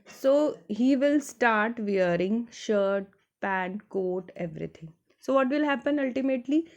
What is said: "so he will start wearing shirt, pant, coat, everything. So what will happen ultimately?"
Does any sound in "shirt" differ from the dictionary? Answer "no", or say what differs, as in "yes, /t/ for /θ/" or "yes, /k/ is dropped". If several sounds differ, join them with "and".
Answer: no